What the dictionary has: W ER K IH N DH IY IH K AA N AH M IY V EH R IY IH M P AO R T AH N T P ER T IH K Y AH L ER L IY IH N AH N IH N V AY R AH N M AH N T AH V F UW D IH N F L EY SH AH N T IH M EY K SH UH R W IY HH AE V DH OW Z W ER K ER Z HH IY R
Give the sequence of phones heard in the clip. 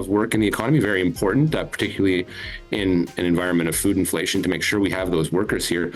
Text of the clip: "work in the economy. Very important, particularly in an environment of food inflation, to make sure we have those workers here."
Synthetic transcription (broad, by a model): W ER K IH N DH IY IH K AA N AH M IY V EH R IY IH M P AO R T N T P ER T IH K Y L L IY IH N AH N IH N V AY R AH N M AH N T AH V F UW D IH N F L EY SH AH N T IH M EY K SH UH R W IY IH V DH OW Z W ER K ER Z HH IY R